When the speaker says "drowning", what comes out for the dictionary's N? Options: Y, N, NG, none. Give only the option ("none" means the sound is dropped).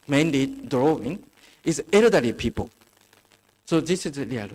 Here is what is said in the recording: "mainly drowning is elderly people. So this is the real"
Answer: none